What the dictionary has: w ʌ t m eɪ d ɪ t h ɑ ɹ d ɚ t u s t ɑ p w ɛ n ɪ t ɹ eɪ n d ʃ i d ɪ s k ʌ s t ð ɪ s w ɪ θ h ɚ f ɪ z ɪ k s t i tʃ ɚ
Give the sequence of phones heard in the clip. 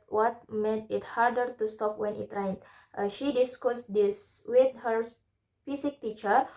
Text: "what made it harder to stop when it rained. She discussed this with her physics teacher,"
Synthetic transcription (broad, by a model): w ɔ t m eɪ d ɪ t h ɑ ɹ d ɚ t u s t ɑ p w ɛ n ɪ t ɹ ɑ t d ʃ i d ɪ s k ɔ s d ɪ s w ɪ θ h ɚ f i s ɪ k t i tʃ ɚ